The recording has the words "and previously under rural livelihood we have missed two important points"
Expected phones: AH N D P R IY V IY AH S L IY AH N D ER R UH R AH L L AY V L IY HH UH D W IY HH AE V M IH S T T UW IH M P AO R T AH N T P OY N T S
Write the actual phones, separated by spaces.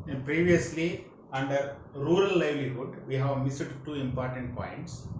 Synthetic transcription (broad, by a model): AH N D P R IY V IY AH S L IY AH N D ER R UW R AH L L AY V L IY HH UH D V IY HH AE V M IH S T T UW IH M P AO R T AH N T P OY N T S